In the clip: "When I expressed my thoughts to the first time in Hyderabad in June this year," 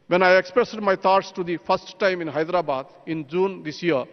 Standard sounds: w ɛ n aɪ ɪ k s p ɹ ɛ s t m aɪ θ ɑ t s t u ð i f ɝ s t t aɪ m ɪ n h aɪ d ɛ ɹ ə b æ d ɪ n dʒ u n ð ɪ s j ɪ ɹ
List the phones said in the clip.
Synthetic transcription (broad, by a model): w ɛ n aɪ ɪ k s p ɹ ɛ s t m aɪ t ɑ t s t u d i p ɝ s t t aɪ m ɪ n h aɪ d ɹ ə b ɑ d ɪ n dʒ u n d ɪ s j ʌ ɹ